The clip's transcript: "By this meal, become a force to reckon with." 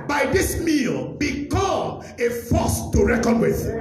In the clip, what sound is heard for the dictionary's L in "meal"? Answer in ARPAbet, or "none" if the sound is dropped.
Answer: L